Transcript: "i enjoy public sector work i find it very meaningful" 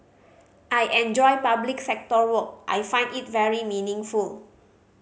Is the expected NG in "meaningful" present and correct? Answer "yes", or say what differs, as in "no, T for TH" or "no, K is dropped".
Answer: yes